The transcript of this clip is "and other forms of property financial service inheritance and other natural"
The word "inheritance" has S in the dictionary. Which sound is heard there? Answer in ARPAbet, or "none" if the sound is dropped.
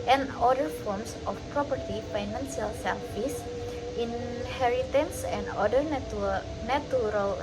S